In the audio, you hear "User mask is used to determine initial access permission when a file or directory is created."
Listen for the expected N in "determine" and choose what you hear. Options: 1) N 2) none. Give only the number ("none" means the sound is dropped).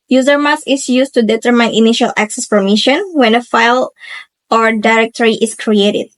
1